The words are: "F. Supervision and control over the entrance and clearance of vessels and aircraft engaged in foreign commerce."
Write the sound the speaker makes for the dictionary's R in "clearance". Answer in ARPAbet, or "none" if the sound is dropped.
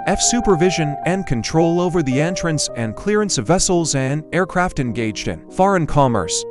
R